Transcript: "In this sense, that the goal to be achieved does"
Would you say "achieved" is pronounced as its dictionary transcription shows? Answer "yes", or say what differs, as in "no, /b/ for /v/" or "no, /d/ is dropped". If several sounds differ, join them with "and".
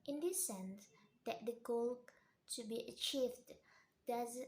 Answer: yes